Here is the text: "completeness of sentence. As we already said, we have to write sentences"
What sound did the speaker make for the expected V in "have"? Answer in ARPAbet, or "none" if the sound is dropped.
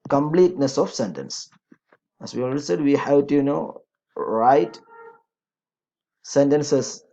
W